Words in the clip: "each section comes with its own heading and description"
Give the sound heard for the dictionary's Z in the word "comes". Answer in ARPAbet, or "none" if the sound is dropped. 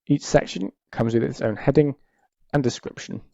Z